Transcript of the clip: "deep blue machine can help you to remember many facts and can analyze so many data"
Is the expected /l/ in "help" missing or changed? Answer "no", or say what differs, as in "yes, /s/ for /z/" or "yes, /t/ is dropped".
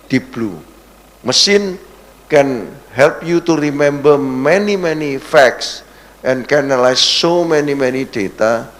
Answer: no